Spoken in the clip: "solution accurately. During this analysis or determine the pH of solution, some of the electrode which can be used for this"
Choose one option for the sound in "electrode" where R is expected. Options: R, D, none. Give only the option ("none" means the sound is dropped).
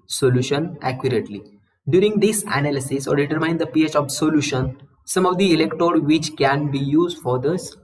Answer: none